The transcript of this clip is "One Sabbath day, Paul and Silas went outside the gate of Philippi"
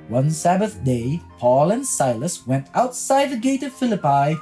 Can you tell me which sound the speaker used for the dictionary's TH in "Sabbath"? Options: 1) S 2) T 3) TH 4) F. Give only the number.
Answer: 3